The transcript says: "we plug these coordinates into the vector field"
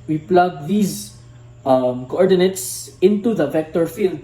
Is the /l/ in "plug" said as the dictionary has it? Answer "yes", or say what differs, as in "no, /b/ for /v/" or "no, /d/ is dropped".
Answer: yes